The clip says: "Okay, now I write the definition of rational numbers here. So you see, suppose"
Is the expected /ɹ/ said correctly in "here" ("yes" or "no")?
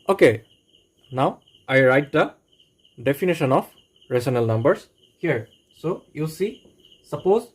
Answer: yes